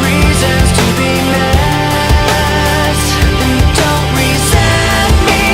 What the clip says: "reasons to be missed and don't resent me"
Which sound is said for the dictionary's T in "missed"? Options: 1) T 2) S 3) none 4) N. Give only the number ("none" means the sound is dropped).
3